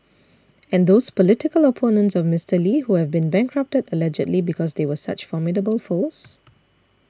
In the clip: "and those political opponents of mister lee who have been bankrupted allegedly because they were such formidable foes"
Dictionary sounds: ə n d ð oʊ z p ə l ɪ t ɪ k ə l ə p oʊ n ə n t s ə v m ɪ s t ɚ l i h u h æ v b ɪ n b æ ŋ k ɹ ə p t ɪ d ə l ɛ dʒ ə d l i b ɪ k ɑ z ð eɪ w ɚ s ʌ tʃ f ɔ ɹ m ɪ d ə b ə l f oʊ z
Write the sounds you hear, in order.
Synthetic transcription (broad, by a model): ə n d oʊ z p ə l ɪ t ɪ k ə l ə p oʊ n ə n t s ə v m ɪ s t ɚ l i h u h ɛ v b ɪ n b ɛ ŋ k ɹ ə p t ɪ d ə l ɛ dʒ ə d l i b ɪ k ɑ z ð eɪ w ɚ s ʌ tʃ f ɔ m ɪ d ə b ə l f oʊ s